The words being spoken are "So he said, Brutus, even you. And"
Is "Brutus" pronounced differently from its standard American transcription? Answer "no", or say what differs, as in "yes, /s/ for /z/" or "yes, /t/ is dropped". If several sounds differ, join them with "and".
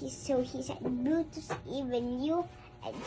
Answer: yes, /ɹ/ is dropped